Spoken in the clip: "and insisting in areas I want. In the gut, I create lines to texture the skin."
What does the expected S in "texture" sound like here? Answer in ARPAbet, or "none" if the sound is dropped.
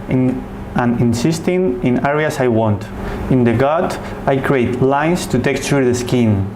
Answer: none